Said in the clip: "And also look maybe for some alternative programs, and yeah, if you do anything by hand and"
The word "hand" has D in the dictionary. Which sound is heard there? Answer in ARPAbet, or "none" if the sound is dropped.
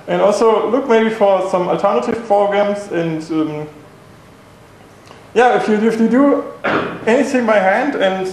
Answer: D